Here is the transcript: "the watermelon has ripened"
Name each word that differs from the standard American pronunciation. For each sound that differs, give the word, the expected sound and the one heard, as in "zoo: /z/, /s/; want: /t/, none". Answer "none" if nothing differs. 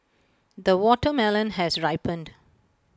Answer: none